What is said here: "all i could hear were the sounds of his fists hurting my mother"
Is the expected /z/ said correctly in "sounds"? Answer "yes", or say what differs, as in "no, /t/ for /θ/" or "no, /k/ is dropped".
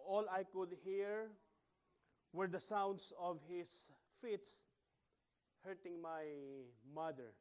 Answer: no, /s/ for /z/